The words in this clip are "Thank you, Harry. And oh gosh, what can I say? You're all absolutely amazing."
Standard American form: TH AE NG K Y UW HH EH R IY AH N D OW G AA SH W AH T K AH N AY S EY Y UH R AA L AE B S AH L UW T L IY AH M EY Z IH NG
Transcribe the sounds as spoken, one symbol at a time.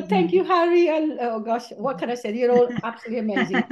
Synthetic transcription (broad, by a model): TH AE NG K Y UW HH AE R IY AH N OW G AA SH W AH T K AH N AY S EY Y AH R AA L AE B S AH L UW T L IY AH M EY Z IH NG